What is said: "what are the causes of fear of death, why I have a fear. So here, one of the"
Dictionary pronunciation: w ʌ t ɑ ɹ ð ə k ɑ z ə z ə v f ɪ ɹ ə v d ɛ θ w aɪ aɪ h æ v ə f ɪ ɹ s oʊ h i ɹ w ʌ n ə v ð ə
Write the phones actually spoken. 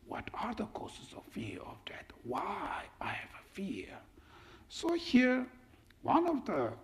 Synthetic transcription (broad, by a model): w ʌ t ɑ ɹ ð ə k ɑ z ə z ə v f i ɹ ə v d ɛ t w aɪ aɪ h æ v ə f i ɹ s oʊ h i ɹ w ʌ n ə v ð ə